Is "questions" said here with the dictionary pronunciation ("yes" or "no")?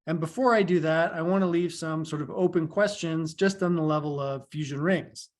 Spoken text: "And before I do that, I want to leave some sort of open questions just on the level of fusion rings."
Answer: yes